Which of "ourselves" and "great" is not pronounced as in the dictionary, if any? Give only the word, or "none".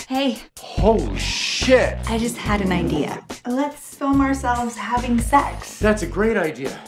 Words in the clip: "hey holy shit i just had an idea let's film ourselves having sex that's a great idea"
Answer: none